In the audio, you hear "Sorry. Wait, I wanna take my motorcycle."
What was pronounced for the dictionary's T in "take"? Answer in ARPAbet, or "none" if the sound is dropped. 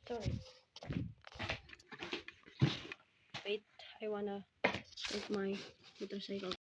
S